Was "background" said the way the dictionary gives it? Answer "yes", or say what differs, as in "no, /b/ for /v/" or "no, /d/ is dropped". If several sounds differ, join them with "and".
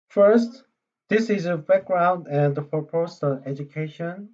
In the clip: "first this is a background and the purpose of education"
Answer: yes